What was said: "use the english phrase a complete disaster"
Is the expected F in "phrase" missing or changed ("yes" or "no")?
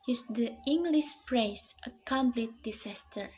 yes